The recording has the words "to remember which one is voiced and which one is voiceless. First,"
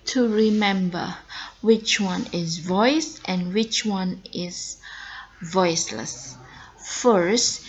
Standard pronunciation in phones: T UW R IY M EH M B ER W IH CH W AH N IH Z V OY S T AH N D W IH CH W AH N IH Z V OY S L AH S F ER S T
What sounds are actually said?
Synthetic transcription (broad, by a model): T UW R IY M EH M B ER W IH CH W AH N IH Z V OY S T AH N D W IH CH W AH N IH Z V OY S L AH S F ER S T